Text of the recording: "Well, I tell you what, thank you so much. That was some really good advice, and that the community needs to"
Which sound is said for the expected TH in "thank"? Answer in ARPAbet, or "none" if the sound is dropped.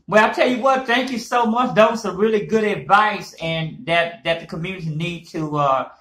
TH